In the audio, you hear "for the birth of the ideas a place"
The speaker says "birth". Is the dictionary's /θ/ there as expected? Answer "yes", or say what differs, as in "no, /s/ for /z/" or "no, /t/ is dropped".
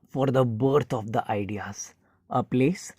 no, /t/ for /θ/